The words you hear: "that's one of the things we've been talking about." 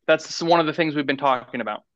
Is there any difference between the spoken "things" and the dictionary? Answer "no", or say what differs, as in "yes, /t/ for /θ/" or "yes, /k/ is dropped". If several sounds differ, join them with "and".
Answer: no